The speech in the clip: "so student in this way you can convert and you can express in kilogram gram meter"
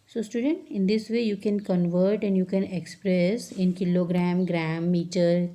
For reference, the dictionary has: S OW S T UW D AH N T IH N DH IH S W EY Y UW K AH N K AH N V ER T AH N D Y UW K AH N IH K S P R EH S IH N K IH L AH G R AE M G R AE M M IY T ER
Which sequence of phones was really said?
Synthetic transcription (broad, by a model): S OW S T UW D AH N T IH N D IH S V EY Y UW K AH N K AH N V ER T AH N D Y UW K AH N IH K S P R EH S IH N K IH L AH G R AE M G R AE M M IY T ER